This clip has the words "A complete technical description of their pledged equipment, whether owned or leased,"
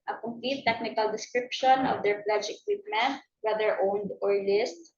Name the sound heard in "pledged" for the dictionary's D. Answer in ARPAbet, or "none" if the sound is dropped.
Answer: none